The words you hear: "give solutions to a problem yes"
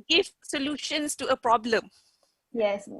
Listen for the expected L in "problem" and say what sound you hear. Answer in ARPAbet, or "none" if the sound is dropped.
L